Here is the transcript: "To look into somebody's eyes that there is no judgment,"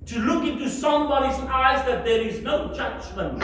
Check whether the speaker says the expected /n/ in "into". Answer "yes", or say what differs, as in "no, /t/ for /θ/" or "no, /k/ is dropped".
yes